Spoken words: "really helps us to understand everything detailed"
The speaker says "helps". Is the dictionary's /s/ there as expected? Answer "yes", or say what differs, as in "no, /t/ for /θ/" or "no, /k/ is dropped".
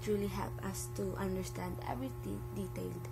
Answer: no, /s/ is dropped